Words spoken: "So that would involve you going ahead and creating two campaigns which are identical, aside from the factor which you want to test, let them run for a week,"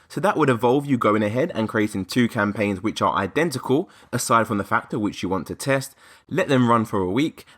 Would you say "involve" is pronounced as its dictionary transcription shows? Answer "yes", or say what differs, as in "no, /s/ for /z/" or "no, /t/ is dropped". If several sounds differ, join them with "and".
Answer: no, /n/ is dropped